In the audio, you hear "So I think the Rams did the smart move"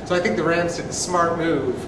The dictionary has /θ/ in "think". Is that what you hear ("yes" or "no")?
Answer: yes